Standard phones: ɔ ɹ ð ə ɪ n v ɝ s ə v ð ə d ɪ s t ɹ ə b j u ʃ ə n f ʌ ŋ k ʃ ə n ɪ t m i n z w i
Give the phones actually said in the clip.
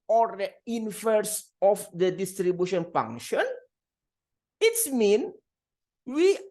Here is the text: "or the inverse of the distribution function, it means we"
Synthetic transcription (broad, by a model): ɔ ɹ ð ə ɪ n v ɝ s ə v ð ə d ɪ s t ɹ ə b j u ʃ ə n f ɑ ŋ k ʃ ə n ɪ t m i n w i